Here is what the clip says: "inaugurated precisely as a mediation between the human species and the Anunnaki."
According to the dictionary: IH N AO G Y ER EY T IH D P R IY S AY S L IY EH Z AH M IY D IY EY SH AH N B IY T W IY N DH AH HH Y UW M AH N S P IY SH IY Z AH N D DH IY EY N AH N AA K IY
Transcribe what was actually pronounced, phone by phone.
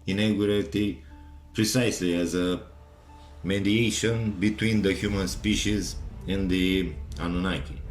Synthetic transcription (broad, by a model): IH N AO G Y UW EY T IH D P R IY S AY S L IY EH Z AH M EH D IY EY SH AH N B IY T W IY N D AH HH Y UW M AH N S P IY SH IY Z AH N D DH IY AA N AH N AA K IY